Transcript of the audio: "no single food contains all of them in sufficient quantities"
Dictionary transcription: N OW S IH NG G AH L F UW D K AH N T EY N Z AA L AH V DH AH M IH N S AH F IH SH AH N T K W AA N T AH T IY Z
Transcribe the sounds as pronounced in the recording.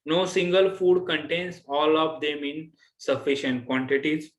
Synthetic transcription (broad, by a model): N OW S IH NG G AH L F UW D K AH N T EY N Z AA L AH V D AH M IH N S AH F IH SH AH N T K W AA N T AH T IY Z